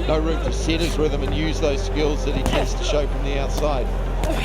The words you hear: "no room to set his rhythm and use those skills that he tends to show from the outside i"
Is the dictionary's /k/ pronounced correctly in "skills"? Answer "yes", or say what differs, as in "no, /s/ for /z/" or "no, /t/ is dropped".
yes